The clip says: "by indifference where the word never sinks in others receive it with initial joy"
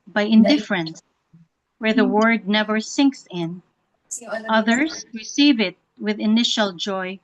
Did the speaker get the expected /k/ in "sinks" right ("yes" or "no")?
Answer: yes